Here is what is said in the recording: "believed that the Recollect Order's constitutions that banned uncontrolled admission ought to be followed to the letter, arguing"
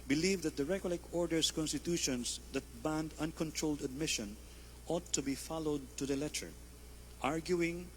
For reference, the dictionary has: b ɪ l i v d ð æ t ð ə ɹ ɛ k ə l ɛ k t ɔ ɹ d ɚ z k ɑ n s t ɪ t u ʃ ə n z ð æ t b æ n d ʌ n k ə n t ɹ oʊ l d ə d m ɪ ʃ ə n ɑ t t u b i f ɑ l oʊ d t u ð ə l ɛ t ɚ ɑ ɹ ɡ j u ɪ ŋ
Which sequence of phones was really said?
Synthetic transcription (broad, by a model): b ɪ l i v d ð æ t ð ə ɹ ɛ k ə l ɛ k ɔ ɹ d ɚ s k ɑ n s t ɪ t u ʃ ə n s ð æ t b æ n d ʌ n k ə n t ɹ oʊ l d ə d m ɪ ʃ ə n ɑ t t u b i f ɑ l oʊ d t u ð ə l ɛ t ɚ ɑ ɹ ɡ j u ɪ ŋ